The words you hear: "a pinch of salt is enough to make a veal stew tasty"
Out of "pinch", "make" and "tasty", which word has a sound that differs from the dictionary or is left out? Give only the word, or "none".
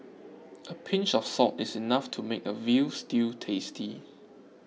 none